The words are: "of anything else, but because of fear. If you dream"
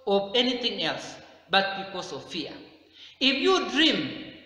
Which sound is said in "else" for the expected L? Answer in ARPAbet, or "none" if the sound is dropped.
L